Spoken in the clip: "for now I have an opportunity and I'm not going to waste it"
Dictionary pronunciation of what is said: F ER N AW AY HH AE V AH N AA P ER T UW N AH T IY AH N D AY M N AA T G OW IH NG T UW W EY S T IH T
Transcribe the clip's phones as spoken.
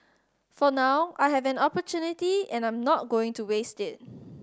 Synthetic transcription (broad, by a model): F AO N AW AY HH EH V AH N AA P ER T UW N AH T IY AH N AY M N AA T G OW IH NG T UW W EY S T IH T